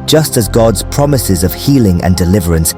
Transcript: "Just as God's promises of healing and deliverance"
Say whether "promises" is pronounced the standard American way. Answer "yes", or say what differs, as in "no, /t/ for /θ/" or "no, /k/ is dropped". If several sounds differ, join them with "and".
yes